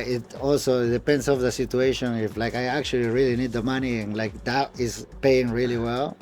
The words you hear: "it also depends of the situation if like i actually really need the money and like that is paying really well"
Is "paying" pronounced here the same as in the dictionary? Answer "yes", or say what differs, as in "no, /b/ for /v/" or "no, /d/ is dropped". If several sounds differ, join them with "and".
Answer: yes